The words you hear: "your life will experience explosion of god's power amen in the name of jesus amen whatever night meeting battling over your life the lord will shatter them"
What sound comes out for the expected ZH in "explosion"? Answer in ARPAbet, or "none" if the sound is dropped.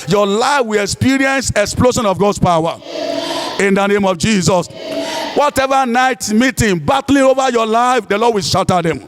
SH